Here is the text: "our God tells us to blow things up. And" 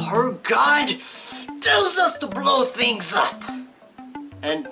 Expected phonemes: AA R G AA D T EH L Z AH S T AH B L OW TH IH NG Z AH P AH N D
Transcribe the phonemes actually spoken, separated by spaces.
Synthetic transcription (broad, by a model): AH R G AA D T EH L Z AH S T AH B L OW TH IH NG Z AH P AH N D